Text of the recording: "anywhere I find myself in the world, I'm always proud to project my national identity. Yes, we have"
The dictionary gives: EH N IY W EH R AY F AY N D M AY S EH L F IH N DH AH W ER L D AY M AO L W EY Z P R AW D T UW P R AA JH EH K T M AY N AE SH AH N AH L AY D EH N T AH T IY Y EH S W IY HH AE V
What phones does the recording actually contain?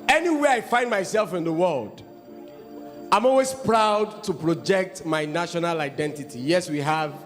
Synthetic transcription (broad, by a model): EH N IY W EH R AY F AY N D M AY S EH L F IH N DH AH W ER L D AY M AO L W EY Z P R AW D T UW P R AA JH EH K T M AY N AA SH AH N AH L AY D EH N T AH T IY Y EH S W IY HH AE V